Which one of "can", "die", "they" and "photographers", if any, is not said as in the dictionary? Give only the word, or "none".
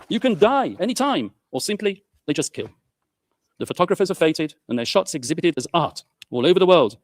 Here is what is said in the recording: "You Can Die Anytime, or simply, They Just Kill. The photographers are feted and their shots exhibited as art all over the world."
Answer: none